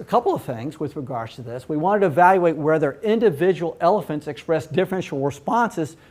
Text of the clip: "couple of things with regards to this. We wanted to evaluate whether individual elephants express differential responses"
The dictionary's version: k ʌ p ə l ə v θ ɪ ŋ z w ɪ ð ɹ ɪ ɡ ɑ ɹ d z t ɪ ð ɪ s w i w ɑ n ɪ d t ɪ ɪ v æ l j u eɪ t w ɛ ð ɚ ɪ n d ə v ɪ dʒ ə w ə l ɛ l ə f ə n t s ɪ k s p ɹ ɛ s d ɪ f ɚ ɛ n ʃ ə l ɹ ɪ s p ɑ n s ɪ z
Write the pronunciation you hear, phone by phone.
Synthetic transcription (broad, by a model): k ʌ p l ə v θ ɪ ŋ z w ɪ ð ɹ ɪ ɡ ɑ ɹ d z t ɪ ð ɪ s w i w ɑ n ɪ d t ɪ ɪ v æ l j u eɪ t w ɛ ð ɚ ɪ n d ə v ɪ dʒ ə w l ɛ l ə f ə n t s ɪ k s p ɹ ɛ s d ɪ f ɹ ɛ n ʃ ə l ɹ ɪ s p ɑ n s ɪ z